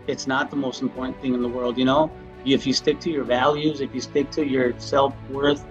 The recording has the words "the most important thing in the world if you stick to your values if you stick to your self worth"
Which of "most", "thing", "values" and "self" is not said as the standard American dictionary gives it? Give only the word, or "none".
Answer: none